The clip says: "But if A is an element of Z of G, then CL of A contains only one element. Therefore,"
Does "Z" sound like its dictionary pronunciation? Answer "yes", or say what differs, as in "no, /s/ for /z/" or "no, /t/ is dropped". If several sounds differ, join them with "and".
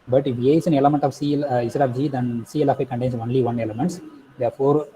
no, /s/ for /z/